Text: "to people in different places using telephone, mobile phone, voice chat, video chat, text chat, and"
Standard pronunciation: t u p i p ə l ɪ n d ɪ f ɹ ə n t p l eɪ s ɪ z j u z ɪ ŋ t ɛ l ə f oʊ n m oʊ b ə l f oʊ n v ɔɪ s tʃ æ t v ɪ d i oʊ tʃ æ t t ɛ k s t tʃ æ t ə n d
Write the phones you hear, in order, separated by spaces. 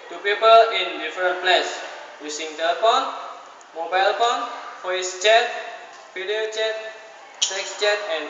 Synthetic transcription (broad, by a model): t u p i p ə l ɪ n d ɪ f ɹ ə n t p l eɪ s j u s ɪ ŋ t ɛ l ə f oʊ n m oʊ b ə l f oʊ n f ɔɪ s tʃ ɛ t f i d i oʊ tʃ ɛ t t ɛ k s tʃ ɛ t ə n